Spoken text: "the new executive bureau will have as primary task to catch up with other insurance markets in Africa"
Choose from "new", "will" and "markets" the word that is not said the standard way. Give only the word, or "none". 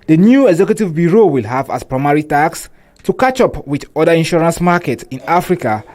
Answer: markets